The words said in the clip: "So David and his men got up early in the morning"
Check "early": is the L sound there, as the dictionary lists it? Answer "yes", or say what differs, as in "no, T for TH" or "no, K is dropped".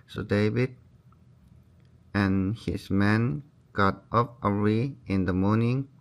no, L is dropped